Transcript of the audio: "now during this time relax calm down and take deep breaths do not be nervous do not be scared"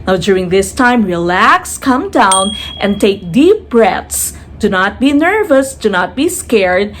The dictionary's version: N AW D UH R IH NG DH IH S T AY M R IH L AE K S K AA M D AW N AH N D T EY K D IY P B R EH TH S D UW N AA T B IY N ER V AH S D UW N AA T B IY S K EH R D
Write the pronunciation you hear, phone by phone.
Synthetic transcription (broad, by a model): N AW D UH R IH NG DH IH S T AY M R IH L AE K S K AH M D AW N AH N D T EY K D IY P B R EH T S D UW N AA T B IY N ER V AH S D UW N AA T B IY S K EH R D